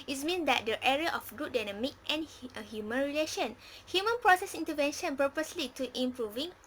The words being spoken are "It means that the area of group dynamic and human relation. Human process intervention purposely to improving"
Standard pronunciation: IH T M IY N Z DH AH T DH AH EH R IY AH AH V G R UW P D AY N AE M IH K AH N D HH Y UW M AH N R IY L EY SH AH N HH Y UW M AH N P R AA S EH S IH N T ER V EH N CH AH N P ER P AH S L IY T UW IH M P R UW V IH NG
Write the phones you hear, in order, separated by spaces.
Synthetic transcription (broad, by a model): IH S M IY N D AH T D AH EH R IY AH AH F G UW D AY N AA M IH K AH N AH HH Y UW M AH N R IY L EY SH AH N HH Y UW M AH N P R AA S EH S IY N T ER V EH N SH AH N P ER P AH S L IY T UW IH M P R UW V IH NG